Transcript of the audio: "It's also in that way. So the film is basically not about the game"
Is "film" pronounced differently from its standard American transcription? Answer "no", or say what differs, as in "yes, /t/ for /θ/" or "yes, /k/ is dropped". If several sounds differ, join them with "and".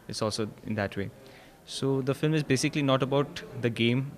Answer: no